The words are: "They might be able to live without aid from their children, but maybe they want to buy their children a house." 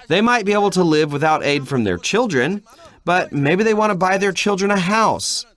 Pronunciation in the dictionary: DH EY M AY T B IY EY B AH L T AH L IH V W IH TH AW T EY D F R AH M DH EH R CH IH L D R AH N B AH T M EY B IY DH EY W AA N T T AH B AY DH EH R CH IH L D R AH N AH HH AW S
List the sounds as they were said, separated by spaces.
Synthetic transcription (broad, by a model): DH EY M AY T B IY EY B L T AH L IH V W IH TH AW T EY D F R AH M DH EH R CH IH L D R AH N B AH T M EY B IY DH EY W AA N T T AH B AY DH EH R CH IH L D R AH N AH HH AW S